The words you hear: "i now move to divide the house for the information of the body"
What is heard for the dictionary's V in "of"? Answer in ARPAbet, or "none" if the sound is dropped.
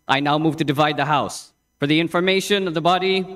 V